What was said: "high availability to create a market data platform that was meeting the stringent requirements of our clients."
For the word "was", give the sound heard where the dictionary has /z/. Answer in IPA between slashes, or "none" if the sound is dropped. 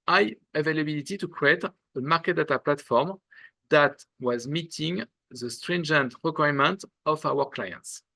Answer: /z/